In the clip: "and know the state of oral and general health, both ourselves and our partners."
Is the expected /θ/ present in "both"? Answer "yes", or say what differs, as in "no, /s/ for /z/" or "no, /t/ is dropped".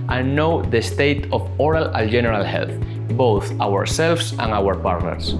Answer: yes